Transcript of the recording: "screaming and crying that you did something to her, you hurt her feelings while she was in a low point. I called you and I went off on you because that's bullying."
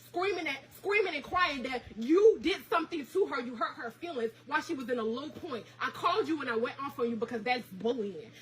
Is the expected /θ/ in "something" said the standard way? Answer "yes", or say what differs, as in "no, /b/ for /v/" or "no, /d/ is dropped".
yes